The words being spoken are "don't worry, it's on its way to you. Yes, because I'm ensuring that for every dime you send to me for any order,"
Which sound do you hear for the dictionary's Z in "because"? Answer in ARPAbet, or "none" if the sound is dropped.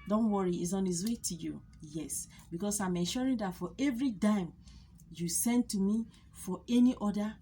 S